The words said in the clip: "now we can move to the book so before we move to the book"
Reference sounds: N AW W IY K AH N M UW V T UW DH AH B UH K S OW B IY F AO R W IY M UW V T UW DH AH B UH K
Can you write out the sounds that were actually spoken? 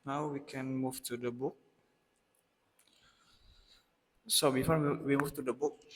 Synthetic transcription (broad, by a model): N AW W IY K AH N M UW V T UW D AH B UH K S OW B IY F AO W W IY M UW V T UW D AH B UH K